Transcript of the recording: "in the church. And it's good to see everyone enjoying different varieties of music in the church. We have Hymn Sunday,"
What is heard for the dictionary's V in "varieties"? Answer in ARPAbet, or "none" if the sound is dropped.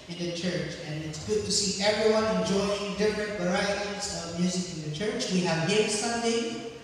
V